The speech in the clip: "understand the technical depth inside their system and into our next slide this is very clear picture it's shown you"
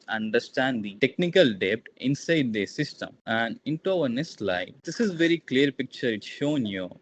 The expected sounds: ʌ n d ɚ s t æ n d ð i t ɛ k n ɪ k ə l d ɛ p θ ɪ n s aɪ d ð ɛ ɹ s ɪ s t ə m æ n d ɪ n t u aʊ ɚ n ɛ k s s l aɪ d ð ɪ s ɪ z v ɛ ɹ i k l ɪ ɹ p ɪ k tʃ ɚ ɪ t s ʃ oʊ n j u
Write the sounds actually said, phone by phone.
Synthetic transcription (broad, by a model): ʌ n d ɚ s t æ n d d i t ɛ k n ɪ k ə l d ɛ p t ɪ n s aɪ d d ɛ s ɪ s t ə m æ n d ɪ n t u aʊ ɚ n ɛ k s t l aɪ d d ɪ s ɪ z v ɛ ɹ i k l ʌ ɹ p ɪ k tʃ ɚ ɪ t s ʃ oʊ n j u